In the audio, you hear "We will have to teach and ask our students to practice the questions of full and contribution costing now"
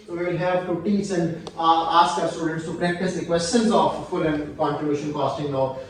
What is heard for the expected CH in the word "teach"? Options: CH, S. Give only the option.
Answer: S